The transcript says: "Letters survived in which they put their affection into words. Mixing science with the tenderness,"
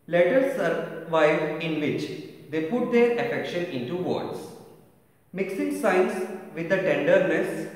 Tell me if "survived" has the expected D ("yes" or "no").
no